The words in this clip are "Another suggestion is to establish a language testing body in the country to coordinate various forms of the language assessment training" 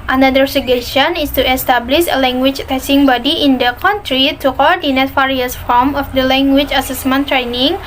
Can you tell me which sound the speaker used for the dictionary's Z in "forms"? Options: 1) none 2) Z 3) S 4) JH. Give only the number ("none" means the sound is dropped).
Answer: 1